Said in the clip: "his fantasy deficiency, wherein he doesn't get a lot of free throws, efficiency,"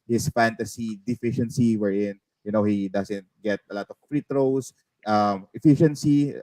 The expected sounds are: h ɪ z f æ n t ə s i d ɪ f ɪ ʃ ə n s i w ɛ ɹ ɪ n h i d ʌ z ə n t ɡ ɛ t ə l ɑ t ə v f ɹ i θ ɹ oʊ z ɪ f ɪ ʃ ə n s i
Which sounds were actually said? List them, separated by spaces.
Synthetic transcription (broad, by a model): h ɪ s f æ n t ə s i d ɪ f ɪ ʃ ə n s i w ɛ ɹ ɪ n h i d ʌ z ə n t ɡ ɛ t ə l ɑ t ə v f ɹ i t ɹ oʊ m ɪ f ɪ ʃ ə n s i